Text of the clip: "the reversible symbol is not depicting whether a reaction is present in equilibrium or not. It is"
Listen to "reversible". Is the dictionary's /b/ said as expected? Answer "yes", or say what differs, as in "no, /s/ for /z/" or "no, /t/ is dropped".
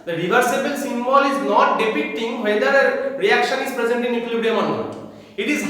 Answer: yes